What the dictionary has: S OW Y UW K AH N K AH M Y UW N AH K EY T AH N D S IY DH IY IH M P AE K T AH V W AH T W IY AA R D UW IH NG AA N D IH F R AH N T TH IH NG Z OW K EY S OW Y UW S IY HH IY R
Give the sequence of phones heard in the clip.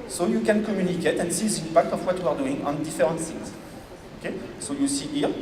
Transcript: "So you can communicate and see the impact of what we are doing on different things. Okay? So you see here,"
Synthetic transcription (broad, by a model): S OW Y UW K AH N K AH M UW N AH K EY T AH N S IY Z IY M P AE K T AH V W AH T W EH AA R D UW IH NG AA N D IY F R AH T S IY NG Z OW K EY S OW Y UW S IY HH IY R